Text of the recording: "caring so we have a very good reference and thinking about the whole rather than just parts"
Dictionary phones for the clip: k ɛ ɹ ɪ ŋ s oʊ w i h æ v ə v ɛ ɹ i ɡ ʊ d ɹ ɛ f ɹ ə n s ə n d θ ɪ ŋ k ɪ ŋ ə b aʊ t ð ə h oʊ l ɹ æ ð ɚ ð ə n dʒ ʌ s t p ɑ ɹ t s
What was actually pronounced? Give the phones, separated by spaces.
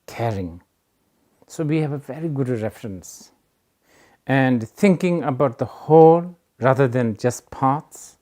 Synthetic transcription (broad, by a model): k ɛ ɹ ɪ ŋ s oʊ w i h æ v ə v ɛ ɹ i ɡ ʊ d ɹ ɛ f ɹ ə n s ə n d t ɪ ŋ k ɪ ŋ ə b aʊ t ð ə h oʊ l ɹ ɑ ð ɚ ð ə n dʒ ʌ s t p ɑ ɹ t s